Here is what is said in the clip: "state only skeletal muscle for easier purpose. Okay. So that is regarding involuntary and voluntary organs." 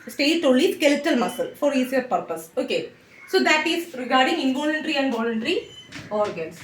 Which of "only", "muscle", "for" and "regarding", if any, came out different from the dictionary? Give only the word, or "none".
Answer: only